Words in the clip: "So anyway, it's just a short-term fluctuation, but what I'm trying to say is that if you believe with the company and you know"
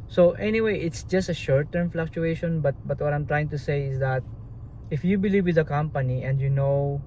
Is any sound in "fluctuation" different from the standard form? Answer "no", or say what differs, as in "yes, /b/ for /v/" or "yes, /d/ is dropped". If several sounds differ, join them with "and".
no